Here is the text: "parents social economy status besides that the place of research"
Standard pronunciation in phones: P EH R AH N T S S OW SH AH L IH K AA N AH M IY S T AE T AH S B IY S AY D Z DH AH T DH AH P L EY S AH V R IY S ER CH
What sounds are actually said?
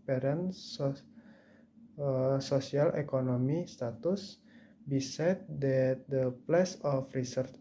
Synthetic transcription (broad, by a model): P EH R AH N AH S S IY AH L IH K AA N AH M IY S T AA T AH S B IY S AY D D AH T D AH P L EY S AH F R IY S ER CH